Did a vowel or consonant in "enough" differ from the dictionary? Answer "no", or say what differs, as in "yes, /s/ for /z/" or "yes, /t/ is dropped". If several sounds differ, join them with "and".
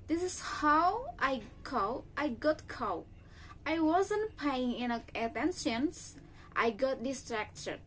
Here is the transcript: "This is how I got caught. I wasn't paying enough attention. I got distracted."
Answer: yes, /f/ is dropped